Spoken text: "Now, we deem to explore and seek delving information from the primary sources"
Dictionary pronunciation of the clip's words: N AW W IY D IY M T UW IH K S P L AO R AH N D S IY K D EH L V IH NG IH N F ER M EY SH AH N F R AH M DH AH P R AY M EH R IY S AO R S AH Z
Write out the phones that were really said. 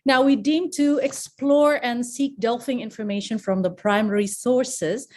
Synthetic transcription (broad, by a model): N AW W IY D IY M T UW IH K S P L AO R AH N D S IY K D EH L F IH NG IH N F ER M EY SH AH N F R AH M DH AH P R AY M EH R IY S AO R S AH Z